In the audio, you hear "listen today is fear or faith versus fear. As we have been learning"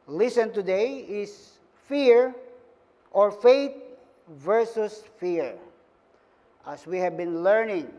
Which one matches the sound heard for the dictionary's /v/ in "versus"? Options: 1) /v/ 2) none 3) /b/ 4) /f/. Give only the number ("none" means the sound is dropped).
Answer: 1